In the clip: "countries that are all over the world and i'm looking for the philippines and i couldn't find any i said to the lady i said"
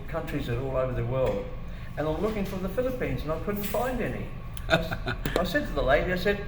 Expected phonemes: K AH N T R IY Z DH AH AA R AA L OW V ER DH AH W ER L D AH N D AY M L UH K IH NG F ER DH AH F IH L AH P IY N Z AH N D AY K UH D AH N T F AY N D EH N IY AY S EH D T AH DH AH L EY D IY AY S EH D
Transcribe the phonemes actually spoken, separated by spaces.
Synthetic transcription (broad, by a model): K AH N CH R IY Z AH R AA L OW V ER DH AH W ER L D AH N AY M L UH K IH NG F ER DH AH F IH L AH P IY N Z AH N AY K UH D N T F AY N D EH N IY AY S EH D T AH DH AH L EY D IY AY S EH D